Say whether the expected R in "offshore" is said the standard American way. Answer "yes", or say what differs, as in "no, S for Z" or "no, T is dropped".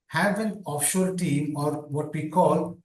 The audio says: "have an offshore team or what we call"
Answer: no, L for R